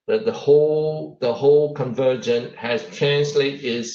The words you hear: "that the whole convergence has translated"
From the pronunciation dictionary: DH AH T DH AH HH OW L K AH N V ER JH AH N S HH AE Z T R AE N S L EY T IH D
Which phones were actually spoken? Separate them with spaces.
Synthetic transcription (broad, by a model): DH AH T DH AH HH OW L K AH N V ER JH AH N HH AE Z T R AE N S L EY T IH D